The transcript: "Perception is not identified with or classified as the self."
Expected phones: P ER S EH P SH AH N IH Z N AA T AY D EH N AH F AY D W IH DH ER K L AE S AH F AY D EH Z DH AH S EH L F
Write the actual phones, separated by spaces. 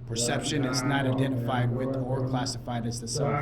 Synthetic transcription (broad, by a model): P ER S EH P SH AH N IH Z N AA T AY D EH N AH F AY D W IH DH ER K L AE S AH F AY D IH Z DH AH S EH